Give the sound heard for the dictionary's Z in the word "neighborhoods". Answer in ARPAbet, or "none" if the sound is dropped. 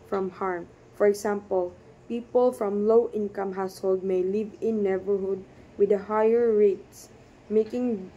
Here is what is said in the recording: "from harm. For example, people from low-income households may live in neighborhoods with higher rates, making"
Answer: none